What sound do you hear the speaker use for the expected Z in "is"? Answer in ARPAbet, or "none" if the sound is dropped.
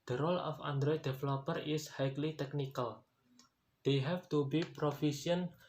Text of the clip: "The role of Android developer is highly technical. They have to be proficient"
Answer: S